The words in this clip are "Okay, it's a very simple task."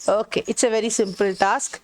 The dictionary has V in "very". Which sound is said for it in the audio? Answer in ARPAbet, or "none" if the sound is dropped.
V